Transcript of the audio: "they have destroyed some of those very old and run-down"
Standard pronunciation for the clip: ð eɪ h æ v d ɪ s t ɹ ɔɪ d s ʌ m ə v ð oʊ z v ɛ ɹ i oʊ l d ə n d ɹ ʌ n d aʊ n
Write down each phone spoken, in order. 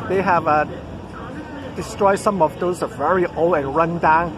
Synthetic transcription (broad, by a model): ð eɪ h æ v d ɪ s t ɹ ɔɪ d s ʌ m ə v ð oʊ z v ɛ ɹ i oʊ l ə n ɹ ʌ n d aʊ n